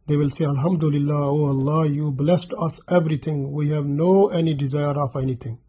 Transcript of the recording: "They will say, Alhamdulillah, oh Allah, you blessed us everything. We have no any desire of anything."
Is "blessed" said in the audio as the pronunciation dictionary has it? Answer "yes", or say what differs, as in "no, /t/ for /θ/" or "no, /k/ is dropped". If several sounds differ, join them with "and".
yes